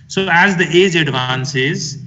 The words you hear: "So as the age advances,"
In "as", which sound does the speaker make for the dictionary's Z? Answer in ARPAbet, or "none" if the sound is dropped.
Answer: Z